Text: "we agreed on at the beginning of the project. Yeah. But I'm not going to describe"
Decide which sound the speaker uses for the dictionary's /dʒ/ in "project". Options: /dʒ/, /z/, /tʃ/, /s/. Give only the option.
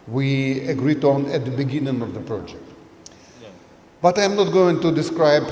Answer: /dʒ/